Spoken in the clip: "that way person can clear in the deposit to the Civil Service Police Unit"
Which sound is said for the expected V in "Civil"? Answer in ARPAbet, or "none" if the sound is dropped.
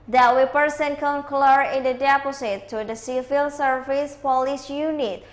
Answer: F